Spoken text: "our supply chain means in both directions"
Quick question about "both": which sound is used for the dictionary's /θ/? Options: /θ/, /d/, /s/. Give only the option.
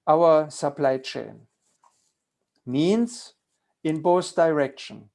/s/